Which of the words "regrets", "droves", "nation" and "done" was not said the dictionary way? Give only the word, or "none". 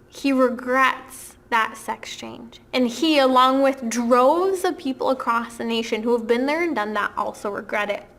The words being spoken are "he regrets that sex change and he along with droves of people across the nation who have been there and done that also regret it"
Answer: none